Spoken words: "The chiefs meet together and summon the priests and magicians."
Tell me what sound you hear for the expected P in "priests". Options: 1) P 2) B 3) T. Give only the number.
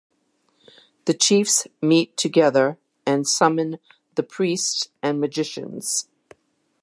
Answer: 1